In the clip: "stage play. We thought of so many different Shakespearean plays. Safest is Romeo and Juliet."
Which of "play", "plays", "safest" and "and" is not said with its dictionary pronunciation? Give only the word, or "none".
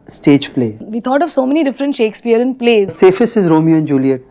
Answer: safest